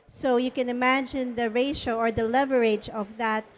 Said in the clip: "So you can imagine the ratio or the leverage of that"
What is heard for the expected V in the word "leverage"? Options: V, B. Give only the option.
V